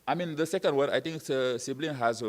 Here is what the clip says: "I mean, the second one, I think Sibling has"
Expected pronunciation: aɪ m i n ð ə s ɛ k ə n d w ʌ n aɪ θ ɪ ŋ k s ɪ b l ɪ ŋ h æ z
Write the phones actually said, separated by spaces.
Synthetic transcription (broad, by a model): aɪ m i n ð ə s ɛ k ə n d w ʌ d aɪ t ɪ ŋ k s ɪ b l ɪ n h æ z